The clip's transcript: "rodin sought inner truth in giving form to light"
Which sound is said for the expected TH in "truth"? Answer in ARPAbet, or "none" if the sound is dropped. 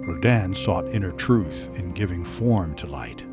TH